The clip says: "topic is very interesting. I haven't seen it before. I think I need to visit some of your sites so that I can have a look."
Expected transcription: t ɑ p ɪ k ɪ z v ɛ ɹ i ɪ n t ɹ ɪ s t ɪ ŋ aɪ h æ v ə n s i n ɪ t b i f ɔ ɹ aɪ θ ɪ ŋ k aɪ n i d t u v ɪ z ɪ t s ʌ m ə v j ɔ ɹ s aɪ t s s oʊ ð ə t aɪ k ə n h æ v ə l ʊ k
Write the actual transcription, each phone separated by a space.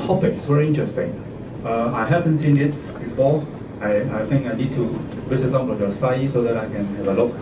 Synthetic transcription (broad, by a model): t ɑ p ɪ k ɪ s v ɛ ɹ i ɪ n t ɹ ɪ s t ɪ ŋ aɪ h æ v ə n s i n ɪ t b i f ɔ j aɪ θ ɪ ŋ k aɪ n i d t u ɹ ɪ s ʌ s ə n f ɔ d s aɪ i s s oʊ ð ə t aɪ k ə n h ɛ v ə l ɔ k